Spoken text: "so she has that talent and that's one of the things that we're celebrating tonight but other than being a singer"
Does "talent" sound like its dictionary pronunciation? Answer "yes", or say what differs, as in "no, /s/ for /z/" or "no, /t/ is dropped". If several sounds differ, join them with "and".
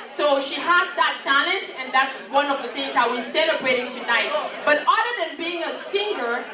yes